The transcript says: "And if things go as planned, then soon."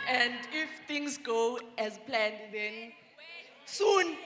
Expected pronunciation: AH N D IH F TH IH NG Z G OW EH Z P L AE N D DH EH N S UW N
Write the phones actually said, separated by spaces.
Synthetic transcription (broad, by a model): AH N D IH F T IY NG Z G OW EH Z P L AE N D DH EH N S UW N